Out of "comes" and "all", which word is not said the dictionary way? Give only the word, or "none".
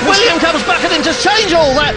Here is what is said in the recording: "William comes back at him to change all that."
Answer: none